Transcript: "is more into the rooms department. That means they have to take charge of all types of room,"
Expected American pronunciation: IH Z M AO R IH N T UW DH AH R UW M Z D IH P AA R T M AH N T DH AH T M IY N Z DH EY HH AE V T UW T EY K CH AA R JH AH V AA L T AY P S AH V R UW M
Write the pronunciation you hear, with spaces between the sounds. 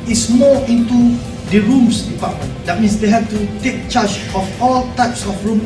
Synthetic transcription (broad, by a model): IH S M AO IH N T UW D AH R UW M S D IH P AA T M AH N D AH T M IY N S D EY HH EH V T UW T EY K CH AA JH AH F AA L T AY P S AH F R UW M